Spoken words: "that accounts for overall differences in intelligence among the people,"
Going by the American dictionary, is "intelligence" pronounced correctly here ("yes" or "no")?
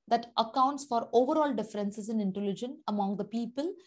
no